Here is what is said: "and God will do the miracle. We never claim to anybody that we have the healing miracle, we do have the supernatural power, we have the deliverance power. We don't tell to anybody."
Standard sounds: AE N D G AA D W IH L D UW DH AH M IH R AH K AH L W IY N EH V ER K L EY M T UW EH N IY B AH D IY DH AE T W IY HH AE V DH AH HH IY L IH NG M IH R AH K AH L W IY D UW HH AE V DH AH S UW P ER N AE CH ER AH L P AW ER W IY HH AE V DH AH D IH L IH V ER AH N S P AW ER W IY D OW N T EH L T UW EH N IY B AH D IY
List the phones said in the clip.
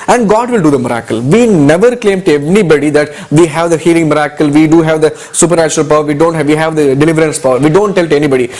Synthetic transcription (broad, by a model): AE N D G AA D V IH L D UW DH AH M IH R AH K AH L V IY N EH V ER K L EY M T UW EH N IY B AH D IY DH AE T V IY HH AE V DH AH HH IY L IH NG M IH R AH K AH L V IY D UW HH AE V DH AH S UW P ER N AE CH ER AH L P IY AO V IY HH AE V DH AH D IH L IH V ER AH N S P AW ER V IY D OW N T EH L T UW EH N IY B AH D IY